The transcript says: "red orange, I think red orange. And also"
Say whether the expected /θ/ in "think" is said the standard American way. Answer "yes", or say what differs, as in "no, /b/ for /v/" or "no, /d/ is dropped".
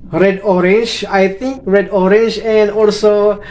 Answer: no, /t/ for /θ/